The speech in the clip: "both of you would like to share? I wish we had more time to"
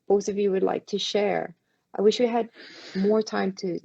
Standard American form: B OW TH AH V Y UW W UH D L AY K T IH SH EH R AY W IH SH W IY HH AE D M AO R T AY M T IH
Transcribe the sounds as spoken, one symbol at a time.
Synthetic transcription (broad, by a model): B OW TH AH V Y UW W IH D L AY K T IH SH EH R AY W IH SH W IY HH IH D M AO R T AY M T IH